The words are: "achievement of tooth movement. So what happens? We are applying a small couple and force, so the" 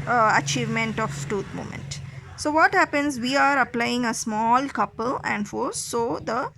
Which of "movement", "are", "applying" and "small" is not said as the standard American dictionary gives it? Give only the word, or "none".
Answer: movement